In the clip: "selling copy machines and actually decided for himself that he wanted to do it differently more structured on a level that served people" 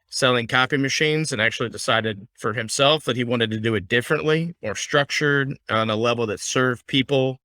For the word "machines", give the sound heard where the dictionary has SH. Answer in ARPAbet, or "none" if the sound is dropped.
SH